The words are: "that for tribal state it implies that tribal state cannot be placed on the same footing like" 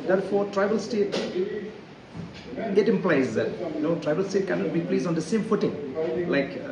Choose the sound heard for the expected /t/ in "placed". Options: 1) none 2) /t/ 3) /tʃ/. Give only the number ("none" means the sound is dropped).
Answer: 1